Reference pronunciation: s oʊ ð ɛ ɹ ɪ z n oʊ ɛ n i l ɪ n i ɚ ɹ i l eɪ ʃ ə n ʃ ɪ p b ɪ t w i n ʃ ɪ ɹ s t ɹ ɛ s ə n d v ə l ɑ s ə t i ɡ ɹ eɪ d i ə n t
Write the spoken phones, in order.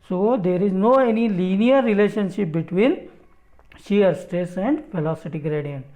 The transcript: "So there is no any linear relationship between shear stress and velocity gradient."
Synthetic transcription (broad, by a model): s oʊ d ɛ ɹ ɪ z n oʊ ɛ n i l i n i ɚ ɹ i l eɪ ʃ ə n ʃ ɪ p b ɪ t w i n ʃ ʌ ɹ s t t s ə n d f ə l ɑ s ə t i ɡ ɹ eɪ d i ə n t